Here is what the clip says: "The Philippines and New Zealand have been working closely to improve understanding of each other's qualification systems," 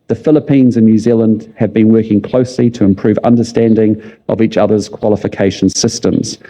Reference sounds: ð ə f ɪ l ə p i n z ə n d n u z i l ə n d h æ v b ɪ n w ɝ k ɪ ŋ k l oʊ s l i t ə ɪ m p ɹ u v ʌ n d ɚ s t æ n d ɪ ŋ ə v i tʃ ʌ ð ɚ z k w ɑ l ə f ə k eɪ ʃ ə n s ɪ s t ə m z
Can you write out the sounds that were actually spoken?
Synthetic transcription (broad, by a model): ð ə f ɪ l ə p i n z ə n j u z i l ə n d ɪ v b ɪ n w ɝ k ɪ ŋ k l oʊ s l i t ə ɪ m p ɹ u v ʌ n d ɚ s t æ n d ɪ ŋ ə v i tʃ ʌ ð ɚ z k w ɑ l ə f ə k eɪ ʃ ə n s ɪ s t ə m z